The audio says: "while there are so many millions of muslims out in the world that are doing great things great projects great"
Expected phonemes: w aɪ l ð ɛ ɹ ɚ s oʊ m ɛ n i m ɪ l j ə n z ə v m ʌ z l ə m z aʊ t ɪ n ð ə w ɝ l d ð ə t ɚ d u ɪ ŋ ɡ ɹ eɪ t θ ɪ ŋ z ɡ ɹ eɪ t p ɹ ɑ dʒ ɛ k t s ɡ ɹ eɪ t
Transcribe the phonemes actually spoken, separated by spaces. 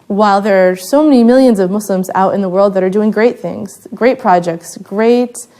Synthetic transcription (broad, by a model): w aɪ l ð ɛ ɹ s oʊ m ɛ n i m ɪ l j ə n z ə v m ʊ s l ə m z aʊ t ɪ n ð ə w ɝ l d ð ə t ɚ d u ɪ ŋ ɡ ɹ eɪ t θ ɪ ŋ z ɡ ɹ eɪ t p ɹ ɑ dʒ ɛ k t s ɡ ɹ eɪ t